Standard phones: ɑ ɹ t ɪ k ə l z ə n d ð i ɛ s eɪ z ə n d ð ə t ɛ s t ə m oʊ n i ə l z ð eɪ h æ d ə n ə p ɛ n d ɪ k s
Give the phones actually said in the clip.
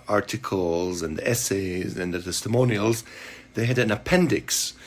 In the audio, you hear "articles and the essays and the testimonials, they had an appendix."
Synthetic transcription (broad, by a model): ɑ ɹ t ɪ k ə l z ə n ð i ɛ s eɪ z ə n ð ə t ɛ s t ə m oʊ n i ə l z ð eɪ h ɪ d ə n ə p ɛ n d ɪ k s